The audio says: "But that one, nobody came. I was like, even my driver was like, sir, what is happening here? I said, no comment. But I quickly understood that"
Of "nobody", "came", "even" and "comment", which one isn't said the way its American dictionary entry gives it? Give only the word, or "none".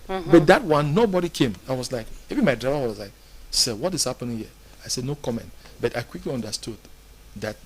even